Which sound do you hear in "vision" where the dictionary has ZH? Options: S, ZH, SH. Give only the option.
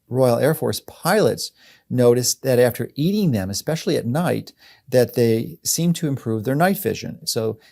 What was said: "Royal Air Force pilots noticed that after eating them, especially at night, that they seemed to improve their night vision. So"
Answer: ZH